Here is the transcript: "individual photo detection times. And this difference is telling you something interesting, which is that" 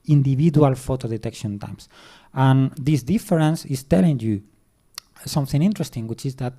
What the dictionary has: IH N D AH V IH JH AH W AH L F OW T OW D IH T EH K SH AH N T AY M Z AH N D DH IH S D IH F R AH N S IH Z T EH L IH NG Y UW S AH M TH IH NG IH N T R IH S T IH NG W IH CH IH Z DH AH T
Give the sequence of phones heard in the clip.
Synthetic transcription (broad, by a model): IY N D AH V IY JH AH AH L F OW T OW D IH T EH K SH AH N T AY M S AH N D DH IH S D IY F R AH N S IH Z T EH L IH NG Y UW S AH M TH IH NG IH N T R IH S T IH NG W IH CH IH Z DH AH T